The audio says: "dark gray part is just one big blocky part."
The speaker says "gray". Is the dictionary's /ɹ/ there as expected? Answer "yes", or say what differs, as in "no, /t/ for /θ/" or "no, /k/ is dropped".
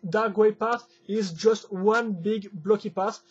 no, /w/ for /ɹ/